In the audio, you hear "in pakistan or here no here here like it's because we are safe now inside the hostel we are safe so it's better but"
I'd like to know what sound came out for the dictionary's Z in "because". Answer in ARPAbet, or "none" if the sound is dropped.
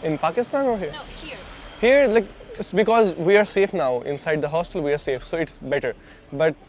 Z